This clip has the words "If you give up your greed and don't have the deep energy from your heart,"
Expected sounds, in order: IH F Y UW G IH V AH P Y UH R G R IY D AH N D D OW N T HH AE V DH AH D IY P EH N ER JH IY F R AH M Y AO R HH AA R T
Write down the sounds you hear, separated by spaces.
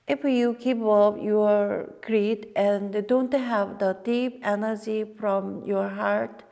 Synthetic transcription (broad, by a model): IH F Y UW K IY P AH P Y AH R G R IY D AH N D D OW N T HH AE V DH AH D IY P EH N ER JH IY F R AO M Y AO R HH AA R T